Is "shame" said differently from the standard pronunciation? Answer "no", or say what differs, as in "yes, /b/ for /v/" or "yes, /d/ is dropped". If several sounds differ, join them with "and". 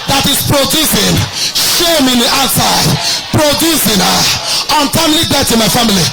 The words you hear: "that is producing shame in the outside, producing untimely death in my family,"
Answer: no